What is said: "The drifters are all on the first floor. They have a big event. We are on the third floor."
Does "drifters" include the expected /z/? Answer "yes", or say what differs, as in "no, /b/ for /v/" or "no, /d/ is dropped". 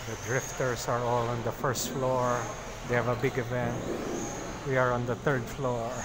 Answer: no, /s/ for /z/